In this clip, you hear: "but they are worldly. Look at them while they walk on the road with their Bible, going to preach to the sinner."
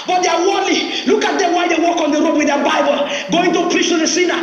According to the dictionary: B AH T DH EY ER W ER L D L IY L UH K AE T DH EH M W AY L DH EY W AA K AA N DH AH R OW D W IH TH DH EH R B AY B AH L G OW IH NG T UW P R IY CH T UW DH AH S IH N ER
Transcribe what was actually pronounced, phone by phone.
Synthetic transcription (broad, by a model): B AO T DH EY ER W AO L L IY L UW K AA T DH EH M W AY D EY W AA K AA N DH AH R OW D W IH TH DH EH B AY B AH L G OW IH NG T UW P R IY CH T UW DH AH S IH N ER